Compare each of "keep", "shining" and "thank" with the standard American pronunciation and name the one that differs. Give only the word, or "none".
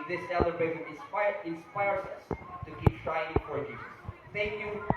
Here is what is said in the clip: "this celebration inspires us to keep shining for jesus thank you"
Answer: shining